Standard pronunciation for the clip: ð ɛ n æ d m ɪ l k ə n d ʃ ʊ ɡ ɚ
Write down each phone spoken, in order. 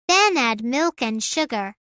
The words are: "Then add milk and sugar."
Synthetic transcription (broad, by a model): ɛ n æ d m ɪ l k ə n ʃ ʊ ɡ ɚ